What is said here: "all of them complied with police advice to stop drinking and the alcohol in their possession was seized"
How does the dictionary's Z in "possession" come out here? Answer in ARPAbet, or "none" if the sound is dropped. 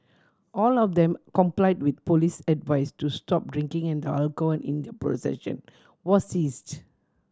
S